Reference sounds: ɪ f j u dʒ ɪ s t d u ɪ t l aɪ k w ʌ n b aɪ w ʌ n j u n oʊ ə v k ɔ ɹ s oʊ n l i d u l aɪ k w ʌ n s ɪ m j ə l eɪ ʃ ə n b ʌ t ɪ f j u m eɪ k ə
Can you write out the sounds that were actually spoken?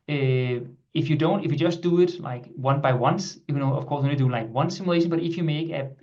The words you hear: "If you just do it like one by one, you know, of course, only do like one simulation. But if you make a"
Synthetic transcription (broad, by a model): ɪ f j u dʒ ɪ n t d u ɪ t l aɪ k w ʌ n b aɪ w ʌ n j u n oʊ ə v k ɔ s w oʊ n i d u l aɪ k w ʌ n s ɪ m j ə l eɪ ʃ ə n b ʌ t ɪ f j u m eɪ k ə